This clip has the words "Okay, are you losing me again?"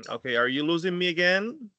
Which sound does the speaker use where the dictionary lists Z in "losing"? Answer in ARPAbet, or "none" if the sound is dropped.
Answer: Z